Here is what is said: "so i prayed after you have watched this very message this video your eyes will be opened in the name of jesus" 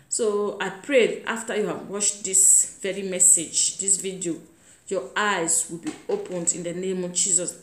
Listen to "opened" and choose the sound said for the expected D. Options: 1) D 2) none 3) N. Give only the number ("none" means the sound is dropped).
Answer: 1